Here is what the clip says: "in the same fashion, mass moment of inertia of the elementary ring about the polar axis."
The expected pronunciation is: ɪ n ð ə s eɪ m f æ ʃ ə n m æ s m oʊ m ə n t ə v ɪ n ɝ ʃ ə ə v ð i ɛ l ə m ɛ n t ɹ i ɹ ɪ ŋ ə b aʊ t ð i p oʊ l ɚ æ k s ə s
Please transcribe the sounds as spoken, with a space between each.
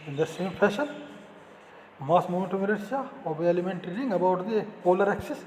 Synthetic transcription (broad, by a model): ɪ n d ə s eɪ m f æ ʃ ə n m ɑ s m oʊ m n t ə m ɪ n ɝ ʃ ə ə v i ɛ l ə m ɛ n t i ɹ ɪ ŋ ə b aʊ t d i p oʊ l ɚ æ k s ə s